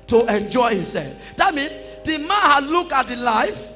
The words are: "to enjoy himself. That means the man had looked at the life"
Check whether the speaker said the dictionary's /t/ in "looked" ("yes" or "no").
no